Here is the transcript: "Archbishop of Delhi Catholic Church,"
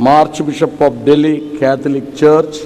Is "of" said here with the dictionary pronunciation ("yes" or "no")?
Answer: no